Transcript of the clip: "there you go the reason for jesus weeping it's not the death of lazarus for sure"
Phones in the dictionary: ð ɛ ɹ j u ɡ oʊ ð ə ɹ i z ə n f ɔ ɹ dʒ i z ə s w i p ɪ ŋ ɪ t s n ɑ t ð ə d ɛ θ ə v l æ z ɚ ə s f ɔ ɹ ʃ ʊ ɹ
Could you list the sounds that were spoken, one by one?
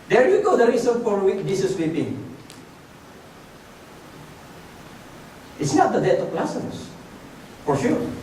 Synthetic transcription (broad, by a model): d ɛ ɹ j u ɡ oʊ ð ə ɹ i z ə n f ɔ ɹ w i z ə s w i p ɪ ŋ ɪ t s n ɑ t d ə d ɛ t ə p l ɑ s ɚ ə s f ɔ ɹ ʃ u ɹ